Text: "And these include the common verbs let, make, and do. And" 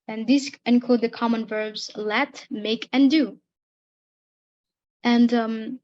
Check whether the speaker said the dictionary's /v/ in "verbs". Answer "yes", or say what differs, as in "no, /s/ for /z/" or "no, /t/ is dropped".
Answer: yes